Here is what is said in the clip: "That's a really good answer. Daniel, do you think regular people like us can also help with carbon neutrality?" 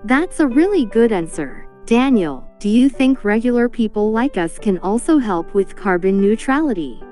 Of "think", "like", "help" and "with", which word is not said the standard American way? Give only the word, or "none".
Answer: none